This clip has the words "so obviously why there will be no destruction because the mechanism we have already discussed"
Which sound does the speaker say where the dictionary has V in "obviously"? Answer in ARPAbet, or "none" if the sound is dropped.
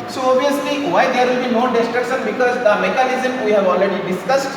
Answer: none